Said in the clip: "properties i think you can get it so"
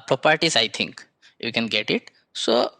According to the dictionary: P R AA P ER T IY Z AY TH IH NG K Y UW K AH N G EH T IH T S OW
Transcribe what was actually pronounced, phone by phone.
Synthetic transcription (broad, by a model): P R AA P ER T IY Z AY T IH NG K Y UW K AH N G EH T IH T S OW